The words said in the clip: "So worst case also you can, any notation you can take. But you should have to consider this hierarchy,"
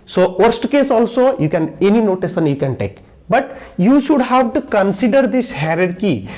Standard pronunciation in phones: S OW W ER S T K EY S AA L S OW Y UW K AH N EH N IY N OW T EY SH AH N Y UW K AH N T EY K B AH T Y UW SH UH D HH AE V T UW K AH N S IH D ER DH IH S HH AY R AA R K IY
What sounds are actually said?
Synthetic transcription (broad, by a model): S OW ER S T K EY S AA L S OW Y UW K AH N EH N IY N OW T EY S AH N Y UW K AH N T EY K B AH T Y UW SH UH D HH AE V T UW K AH N S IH D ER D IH S HH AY R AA R K IY